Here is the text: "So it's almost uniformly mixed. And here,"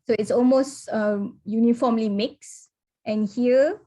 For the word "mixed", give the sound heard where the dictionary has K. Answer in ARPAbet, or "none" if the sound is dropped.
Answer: K